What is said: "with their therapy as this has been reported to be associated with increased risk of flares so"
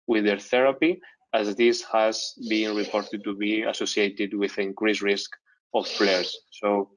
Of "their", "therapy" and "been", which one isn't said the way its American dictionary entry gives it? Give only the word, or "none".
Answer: none